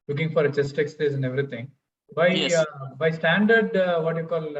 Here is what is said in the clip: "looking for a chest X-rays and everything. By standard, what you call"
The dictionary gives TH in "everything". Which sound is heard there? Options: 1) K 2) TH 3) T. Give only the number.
3